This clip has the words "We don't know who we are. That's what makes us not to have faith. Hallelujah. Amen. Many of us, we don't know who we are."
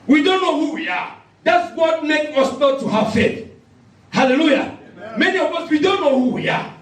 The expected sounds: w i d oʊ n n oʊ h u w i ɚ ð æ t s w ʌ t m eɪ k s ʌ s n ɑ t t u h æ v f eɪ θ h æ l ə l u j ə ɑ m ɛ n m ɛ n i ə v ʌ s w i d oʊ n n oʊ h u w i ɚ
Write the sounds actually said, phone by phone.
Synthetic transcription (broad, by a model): w i d oʊ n n oʊ h u w i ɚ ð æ t s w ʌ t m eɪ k ʌ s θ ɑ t t u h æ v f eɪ t h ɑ l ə l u j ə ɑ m m ɛ n i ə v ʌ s w i d oʊ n n oʊ h u w i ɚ